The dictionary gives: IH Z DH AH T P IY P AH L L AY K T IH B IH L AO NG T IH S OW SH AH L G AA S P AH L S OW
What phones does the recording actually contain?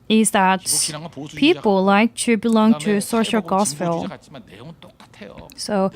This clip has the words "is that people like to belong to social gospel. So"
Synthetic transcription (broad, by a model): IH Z DH AH T P IY P L L AY K T IH B IH L AO NG T IH S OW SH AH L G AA S F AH L S OW